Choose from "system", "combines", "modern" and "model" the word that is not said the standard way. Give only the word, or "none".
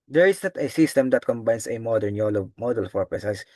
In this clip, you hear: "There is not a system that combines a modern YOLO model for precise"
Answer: combines